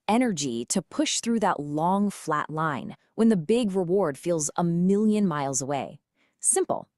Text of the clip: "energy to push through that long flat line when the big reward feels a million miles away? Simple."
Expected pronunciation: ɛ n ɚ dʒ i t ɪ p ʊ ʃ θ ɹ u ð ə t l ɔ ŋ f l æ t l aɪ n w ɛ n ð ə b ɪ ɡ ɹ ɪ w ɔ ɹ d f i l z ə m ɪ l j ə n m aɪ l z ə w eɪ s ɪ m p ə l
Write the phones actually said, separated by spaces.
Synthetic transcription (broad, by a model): ɛ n ɚ dʒ i t ɪ p ʊ ʃ θ ɹ u ð ə t l ɔ ŋ f l æ t l aɪ n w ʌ n ð ə b ɪ ɡ ɹ ɪ w ɔ ɹ d f i l z ə m ɪ l j ə n m aɪ l z ə w eɪ s ɪ m p l